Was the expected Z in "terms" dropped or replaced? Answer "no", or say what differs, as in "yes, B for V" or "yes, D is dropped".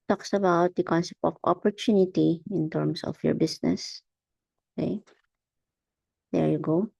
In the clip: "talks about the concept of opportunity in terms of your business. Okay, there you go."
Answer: yes, S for Z